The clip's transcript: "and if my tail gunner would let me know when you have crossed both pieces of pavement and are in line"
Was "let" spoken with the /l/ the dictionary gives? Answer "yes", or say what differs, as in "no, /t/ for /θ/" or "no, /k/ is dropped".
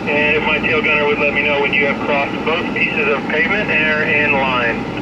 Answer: yes